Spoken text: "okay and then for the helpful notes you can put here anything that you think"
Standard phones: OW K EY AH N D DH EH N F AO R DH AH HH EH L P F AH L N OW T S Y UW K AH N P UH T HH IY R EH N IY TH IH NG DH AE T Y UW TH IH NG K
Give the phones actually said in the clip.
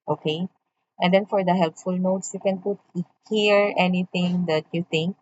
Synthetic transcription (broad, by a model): OW K EY AH N D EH N F AO R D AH HH EH L P F AH L N OW T S Y UW K AH N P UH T HH IY R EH N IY T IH NG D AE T Y UW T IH NG K